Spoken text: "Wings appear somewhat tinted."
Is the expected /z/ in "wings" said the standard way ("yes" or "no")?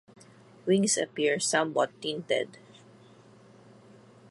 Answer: no